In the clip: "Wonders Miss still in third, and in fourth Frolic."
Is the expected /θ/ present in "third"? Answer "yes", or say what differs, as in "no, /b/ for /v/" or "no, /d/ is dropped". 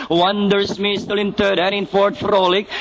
no, /t/ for /θ/